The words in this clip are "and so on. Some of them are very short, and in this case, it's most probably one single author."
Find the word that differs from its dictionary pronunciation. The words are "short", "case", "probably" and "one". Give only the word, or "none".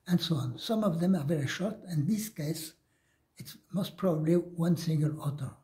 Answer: none